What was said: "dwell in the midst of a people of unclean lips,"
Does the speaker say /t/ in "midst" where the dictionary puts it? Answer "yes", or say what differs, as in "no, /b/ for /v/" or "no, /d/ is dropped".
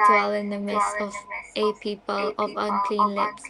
no, /t/ is dropped